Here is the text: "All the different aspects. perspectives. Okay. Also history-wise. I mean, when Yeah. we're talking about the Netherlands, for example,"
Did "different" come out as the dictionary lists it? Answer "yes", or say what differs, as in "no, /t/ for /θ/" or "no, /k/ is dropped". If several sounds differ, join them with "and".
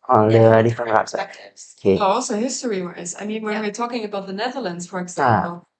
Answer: no, /t/ is dropped